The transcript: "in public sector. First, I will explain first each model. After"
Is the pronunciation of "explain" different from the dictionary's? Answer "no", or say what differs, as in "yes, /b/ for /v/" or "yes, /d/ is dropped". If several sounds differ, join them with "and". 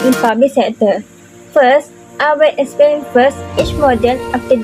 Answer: yes, /l/ is dropped